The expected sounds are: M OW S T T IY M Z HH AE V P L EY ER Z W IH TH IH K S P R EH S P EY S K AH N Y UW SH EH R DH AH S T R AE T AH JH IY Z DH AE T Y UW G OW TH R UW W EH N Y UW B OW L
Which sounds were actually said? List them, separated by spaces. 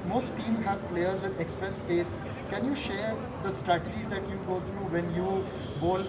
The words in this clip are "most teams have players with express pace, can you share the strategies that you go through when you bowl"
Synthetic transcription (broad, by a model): M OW S T T IY M HH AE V P L EY ER Z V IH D IH K S P R EH S P EY S K AH N Y UW SH EH R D AH S T R AE T AH JH IY Z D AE T Y UW G OW T R UW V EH N Y UW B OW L